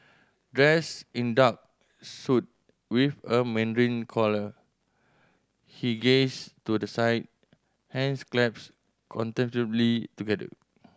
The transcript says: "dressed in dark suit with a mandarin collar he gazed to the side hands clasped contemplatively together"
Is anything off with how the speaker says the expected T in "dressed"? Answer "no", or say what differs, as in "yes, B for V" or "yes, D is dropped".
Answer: yes, T is dropped